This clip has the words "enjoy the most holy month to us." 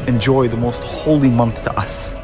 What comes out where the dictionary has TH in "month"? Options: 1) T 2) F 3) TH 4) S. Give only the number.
3